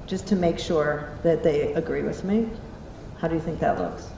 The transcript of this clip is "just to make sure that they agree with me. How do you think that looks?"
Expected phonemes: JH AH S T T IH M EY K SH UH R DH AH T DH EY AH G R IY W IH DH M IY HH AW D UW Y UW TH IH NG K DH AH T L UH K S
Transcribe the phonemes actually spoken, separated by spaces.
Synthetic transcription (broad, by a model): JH AH S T T IH M EY K SH UH R DH AH T DH EY AH G R IY W IH DH M IY HH AW D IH Y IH TH IH NG K DH AH T L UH K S